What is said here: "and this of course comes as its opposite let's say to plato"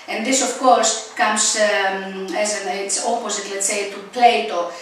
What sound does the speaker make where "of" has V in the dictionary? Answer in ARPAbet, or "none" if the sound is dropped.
F